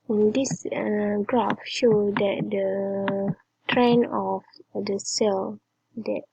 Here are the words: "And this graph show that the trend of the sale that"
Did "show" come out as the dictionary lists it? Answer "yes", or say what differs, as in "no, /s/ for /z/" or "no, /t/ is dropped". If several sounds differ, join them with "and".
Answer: yes